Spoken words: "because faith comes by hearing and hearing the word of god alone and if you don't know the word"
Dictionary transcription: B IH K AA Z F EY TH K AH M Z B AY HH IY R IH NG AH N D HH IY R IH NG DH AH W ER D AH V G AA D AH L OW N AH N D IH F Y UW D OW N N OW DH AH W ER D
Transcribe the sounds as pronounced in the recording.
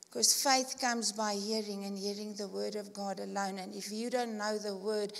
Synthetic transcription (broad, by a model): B K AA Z F EY TH K AH M Z B AY HH IY R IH NG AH N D HH IY R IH NG DH AH W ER D AH V G AA D AH L OW N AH N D IH F Y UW D OW N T OW DH AH W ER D